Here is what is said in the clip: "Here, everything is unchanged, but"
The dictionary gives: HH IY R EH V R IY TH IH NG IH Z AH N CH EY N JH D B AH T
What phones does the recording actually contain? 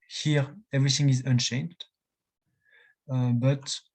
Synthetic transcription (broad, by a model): HH IY R EH V R IY TH IH NG IH Z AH N SH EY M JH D B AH T